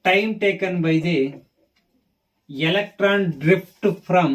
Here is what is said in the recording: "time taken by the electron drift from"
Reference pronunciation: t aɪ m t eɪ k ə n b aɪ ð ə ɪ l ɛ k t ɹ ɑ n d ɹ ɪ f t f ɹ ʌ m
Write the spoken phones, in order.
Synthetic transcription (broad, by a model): t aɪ m t eɪ k ə n b aɪ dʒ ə ɪ l ɛ k t ɹ ɑ n d ɹ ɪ p t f ɹ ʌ m